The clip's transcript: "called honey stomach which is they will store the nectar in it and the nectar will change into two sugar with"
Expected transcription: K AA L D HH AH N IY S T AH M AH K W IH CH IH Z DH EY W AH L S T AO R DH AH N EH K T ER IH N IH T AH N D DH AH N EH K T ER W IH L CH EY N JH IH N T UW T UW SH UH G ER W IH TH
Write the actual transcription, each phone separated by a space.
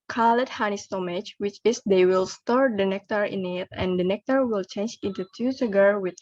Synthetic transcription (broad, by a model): K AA L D HH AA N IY S T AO M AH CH W IH CH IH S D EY W AH L S T AO R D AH N EH K T ER IH N IH T AH N D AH N EH K T ER W IH L CH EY N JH IH N T UW T UW S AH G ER W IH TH